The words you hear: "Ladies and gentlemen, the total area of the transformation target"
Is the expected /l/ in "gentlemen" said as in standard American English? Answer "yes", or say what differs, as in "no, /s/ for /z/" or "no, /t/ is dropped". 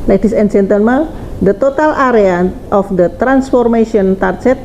no, /n/ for /l/